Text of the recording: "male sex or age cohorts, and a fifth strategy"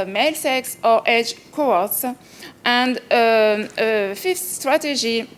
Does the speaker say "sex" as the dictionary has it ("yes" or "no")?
yes